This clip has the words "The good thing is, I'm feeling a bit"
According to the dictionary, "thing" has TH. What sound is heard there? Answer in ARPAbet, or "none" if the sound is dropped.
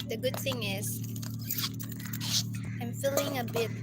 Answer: TH